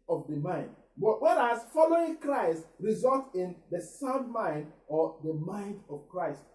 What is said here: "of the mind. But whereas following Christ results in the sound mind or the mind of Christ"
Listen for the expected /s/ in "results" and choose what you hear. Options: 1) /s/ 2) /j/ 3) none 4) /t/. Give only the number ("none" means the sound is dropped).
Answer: 3